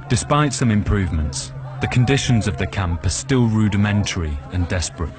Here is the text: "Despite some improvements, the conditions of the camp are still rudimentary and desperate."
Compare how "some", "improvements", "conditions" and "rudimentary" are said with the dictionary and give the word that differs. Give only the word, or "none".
none